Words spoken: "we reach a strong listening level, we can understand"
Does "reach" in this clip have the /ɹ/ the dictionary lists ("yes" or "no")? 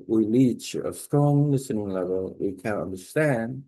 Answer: no